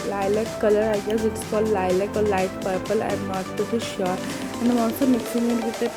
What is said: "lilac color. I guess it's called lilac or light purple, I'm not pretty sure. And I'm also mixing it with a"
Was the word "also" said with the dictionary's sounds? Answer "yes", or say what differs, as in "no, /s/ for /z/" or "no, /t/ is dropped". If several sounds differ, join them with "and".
no, /l/ is dropped